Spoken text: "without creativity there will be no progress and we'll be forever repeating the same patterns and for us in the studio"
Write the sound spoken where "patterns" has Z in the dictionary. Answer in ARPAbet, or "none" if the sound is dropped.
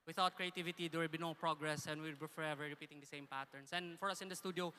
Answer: S